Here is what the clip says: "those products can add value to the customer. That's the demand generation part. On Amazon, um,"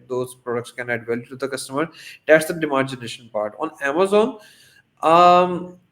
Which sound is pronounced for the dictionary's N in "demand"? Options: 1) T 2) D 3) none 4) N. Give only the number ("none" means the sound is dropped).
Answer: 3